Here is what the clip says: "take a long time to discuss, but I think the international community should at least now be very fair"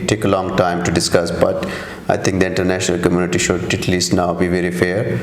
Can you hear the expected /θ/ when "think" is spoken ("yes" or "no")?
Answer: no